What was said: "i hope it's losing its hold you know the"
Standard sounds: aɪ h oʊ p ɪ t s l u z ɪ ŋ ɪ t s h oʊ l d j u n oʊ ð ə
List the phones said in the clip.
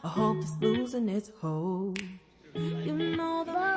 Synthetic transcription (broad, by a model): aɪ h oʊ ɪ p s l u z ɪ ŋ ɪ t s h oʊ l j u n oʊ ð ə